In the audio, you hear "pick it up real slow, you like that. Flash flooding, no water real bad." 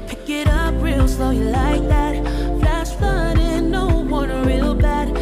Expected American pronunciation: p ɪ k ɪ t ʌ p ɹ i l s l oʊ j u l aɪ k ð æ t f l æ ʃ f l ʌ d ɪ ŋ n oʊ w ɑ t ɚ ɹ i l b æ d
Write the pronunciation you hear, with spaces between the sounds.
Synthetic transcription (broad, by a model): p ɪ k ɪ t ʌ p ɹ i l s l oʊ j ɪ l aɪ k ð æ t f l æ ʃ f ʌ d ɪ n oʊ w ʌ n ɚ ɹ i l b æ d